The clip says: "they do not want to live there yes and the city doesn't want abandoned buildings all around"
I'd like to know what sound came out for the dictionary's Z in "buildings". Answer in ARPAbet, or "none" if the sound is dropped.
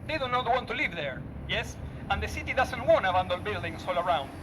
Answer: S